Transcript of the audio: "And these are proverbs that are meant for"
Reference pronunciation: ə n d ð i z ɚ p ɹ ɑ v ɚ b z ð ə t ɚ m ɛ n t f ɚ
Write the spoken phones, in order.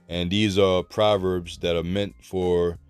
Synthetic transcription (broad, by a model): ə n ð i z ɚ p ɹ ɑ v ɚ b z ð ə t ɚ m ɛ n t f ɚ